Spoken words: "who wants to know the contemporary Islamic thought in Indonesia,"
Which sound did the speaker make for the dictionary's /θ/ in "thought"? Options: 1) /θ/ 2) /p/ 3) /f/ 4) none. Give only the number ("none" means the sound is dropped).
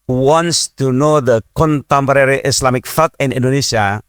3